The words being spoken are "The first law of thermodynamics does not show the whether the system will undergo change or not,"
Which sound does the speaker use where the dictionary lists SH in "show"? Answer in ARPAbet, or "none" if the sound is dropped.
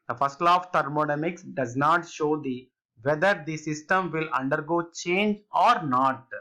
SH